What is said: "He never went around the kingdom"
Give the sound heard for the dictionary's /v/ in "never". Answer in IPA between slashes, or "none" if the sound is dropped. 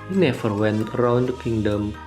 /f/